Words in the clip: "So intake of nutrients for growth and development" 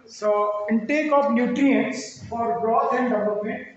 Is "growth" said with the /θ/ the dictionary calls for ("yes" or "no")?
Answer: no